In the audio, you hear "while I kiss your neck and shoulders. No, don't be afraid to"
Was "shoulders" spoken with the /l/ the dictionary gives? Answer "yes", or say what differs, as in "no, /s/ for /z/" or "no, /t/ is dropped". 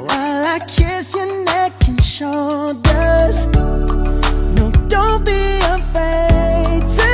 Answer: no, /l/ is dropped